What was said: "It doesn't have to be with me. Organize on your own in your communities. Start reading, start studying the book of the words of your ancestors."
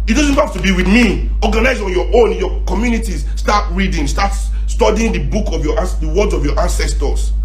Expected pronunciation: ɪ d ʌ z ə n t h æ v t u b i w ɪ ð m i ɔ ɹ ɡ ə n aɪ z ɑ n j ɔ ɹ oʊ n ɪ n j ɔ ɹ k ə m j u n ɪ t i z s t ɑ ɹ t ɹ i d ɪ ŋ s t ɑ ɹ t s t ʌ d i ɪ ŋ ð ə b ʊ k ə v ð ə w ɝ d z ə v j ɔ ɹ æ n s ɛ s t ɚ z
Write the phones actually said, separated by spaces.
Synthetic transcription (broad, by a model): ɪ d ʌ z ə n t h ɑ f t u b i w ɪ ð m i ɔ ɡ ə n aɪ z ɑ n j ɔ oʊ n n j ɔ k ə m j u n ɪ t i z s t ɑ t ɹ i d ɪ ŋ s t ɑ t s t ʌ d i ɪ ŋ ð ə b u k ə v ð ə w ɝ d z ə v j ɔ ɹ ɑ n s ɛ s t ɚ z